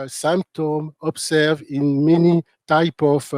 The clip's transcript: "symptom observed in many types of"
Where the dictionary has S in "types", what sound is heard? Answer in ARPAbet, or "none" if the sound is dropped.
none